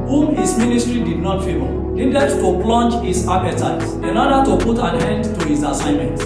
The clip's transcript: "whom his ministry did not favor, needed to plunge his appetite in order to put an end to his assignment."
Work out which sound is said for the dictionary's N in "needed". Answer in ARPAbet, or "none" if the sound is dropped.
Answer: L